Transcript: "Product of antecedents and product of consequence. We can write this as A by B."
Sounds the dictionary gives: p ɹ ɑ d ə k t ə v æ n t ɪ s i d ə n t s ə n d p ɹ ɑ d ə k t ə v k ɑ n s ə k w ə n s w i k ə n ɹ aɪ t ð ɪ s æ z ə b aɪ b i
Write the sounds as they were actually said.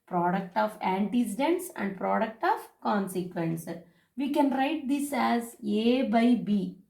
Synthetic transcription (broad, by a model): p ɹ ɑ d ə k t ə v æ n t ɪ s i d ə n t s ə n d p ɹ ɑ d ə k t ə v k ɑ n s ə k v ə n s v i k ə n ɹ aɪ t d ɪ s æ z ə b aɪ b i